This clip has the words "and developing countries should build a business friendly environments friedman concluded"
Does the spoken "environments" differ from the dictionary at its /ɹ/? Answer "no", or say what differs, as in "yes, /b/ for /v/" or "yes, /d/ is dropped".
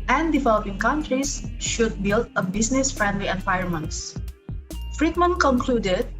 yes, /ɹ/ is dropped